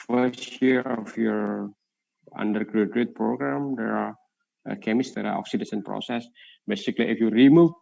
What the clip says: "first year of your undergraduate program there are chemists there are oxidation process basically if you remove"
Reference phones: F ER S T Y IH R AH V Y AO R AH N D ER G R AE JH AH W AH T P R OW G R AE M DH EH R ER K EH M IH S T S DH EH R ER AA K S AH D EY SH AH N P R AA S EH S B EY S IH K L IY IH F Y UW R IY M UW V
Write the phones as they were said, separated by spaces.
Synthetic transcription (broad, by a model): F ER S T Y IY R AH F Y AO R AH N D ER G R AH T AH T P R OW G R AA M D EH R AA K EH M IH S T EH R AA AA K S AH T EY S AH N P R AA S EH S B EY S IH K L IY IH F Y UW R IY M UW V